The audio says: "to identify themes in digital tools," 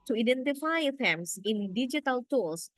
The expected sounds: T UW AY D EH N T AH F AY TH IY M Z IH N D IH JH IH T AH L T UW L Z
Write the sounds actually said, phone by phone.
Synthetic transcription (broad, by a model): T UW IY D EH N T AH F AY F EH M S IH N D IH JH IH T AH L T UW L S